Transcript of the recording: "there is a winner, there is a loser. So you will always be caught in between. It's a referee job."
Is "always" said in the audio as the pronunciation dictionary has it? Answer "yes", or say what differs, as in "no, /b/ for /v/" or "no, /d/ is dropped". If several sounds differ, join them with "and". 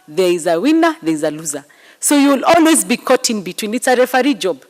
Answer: yes